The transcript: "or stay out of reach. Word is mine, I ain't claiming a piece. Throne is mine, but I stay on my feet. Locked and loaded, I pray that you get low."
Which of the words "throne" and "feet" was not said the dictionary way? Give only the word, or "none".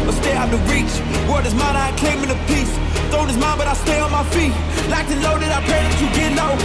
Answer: throne